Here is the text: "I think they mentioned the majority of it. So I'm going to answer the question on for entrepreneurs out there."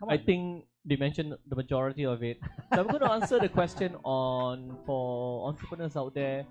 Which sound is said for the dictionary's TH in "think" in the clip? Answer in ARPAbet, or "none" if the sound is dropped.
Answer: T